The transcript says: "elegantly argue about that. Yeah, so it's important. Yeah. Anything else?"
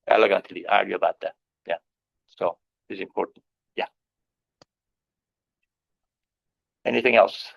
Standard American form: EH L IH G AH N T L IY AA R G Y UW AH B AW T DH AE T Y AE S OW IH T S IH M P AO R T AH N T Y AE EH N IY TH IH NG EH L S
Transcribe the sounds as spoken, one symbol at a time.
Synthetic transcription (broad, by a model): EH L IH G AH N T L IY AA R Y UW AH B AW T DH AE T Y AE S OW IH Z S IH M P AO R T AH N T Y AE EH N IY TH IH NG EH L S